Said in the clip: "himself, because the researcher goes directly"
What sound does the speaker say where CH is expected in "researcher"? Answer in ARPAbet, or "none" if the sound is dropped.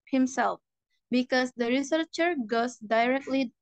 CH